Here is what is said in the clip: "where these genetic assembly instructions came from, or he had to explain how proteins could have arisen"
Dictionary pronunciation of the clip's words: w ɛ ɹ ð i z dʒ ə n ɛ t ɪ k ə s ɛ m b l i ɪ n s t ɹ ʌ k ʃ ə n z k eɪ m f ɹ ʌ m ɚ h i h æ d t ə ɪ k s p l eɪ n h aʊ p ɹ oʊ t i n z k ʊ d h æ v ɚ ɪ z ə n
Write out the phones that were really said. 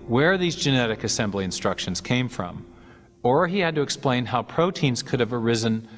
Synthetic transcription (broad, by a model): w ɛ ɹ ð i z dʒ ə n ɛ t ɪ k ə s ɛ m b l i ɪ n s t ɹ ʌ k ʃ ə n z k eɪ m f ɹ ʌ m ɚ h i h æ d t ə ɪ k s p l eɪ n h aʊ p ɹ oʊ t i n z k ʊ d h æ v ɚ ɪ z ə n